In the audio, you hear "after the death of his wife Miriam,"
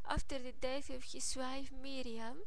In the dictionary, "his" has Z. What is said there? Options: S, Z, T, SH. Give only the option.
S